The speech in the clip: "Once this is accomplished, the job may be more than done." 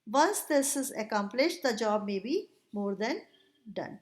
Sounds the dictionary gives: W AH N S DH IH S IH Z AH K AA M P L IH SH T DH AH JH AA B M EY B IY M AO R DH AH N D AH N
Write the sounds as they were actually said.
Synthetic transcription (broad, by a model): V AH N S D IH S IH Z AH K AA M P L IH SH T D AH JH AA B M EY B IY M AO R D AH N D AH N